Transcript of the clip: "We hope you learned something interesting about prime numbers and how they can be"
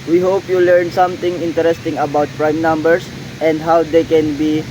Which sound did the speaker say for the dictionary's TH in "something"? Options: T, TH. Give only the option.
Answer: T